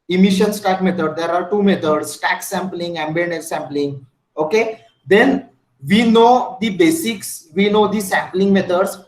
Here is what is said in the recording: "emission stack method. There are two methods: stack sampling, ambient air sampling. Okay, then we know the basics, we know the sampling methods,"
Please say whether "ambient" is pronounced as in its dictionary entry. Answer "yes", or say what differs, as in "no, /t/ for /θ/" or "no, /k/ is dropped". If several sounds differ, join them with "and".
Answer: no, /t/ is dropped